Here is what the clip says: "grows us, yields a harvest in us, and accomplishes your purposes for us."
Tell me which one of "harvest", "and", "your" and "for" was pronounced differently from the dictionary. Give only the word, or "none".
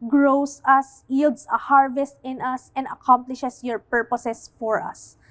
none